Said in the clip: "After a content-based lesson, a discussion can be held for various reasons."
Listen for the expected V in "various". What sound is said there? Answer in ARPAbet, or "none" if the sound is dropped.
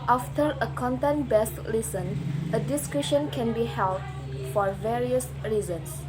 V